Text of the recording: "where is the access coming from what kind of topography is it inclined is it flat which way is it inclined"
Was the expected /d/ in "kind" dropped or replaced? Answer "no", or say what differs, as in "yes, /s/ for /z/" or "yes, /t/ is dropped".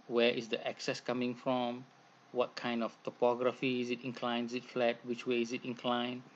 no